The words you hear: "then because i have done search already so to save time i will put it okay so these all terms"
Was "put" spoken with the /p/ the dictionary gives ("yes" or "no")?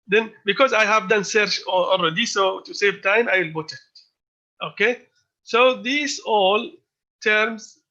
no